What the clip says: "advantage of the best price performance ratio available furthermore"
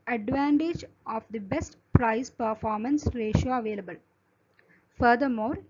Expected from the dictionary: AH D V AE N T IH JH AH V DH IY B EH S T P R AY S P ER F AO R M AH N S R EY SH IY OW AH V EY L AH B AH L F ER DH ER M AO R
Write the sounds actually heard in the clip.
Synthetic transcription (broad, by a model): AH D V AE N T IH JH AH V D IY B EH S T P R AY S P ER F AO R M AH N S R EY SH IY OW AH V EY L AH B AH L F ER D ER M AO R